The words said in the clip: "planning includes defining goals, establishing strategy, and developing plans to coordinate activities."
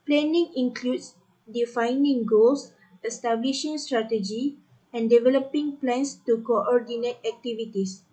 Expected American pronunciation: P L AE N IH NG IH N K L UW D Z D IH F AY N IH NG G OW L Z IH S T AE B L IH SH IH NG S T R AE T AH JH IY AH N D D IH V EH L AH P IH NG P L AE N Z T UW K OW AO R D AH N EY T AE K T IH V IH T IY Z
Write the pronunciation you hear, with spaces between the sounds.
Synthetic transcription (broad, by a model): P L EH N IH NG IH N K L UW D S D IH F AY N IH NG G OW L S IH S T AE B L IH SH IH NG S T R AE T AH JH IY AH N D D IH V EH L AH P IH NG P L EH N S T UW K OW AO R D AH N EY T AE K T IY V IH T IY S